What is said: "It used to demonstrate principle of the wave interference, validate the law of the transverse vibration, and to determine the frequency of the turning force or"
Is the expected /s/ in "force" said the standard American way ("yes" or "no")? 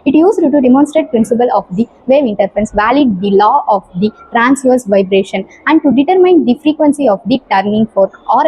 no